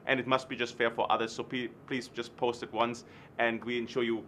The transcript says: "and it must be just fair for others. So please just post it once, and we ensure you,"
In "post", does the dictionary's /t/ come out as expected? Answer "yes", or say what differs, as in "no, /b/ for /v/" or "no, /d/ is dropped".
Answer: yes